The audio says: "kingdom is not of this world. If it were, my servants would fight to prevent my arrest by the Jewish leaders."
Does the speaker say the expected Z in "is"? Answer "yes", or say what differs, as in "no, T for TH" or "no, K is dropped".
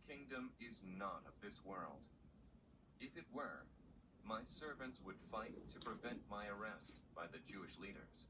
yes